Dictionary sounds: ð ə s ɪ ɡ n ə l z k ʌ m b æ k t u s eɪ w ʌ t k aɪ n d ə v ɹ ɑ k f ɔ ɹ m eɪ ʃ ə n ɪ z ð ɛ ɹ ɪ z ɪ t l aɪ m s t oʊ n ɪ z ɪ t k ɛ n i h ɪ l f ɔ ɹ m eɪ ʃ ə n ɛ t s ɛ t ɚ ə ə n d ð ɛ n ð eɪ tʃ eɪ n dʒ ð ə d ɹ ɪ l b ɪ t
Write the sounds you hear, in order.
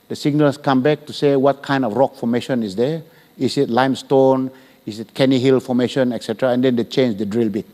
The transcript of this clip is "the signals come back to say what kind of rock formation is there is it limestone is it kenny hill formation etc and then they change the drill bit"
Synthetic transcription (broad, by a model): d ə s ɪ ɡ n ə l s k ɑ m b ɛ k t u s eɪ w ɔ t k aɪ n d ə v ɹ ɑ k f ɔ m eɪ ʃ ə n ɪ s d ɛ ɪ s ɪ t l aɪ m s t oʊ n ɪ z ɪ t k ɛ n i h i l f ɔ m eɪ ʃ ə n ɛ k s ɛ t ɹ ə ə n d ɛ n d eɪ tʃ eɪ n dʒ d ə d ɹ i l b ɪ t